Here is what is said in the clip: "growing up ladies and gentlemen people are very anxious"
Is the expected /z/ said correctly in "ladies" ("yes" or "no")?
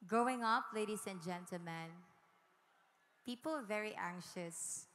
no